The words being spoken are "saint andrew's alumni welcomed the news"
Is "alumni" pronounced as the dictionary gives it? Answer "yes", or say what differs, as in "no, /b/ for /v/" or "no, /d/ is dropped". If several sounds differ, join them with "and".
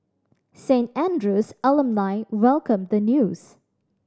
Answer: no, /l/ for /n/